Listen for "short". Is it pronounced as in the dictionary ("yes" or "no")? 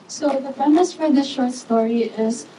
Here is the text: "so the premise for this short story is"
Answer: yes